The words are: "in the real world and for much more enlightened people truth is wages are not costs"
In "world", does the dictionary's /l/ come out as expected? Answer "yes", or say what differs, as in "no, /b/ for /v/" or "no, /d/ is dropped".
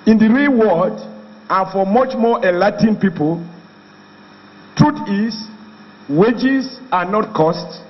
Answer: no, /l/ is dropped